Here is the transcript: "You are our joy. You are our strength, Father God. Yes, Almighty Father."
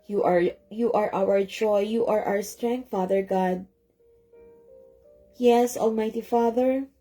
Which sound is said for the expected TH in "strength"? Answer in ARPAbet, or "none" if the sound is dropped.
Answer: T